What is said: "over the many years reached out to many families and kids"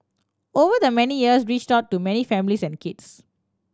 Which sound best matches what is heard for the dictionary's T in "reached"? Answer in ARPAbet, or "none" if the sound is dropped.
T